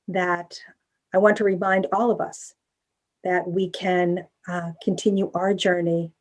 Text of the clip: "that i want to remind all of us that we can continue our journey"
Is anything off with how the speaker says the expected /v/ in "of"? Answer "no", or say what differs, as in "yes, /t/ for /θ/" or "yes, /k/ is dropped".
no